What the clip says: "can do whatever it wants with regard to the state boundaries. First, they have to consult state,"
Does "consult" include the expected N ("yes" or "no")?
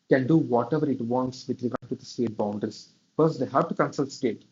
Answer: yes